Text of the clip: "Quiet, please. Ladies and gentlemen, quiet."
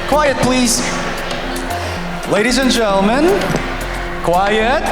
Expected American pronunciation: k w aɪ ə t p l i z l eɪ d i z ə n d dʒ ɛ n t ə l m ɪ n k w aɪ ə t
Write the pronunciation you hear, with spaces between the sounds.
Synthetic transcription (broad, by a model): k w aɪ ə t p l i z l eɪ d i z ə n dʒ ɛ n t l m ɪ n k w aɪ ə t